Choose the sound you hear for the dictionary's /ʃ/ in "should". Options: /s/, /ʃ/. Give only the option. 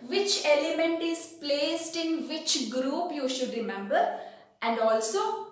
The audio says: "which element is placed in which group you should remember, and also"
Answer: /ʃ/